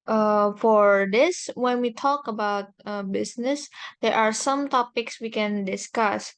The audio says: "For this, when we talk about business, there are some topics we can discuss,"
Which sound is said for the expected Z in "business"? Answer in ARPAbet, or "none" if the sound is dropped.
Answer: S